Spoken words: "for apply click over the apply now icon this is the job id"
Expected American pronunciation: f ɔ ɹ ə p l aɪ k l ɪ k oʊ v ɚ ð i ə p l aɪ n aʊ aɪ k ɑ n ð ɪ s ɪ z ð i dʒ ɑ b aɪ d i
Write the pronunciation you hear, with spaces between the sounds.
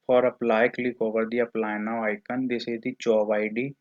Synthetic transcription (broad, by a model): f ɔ ɹ ə p l aɪ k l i k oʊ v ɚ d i ə p l aɪ n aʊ aɪ k ɑ n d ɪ s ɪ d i tʃ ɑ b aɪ d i